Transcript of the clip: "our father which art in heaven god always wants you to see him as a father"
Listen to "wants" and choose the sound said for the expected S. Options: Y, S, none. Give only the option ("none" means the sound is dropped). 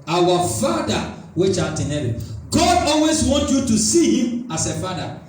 none